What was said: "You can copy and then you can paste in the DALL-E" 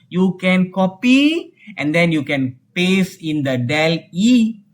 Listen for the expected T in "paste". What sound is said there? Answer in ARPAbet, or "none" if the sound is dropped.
none